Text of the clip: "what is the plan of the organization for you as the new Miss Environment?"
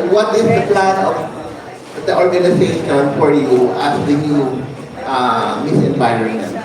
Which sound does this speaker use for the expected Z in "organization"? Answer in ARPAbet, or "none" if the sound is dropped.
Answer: S